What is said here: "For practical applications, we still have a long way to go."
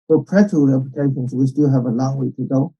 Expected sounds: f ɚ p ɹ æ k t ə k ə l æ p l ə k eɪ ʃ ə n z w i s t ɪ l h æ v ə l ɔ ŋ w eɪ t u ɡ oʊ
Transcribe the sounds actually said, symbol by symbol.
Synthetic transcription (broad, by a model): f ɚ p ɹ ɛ t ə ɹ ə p ə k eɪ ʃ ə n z w i s t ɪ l h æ v ə l ɔ ŋ w eɪ t u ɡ oʊ